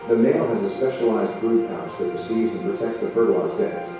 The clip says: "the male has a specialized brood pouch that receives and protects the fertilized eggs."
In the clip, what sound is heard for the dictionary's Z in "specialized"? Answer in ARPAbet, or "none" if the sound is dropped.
Z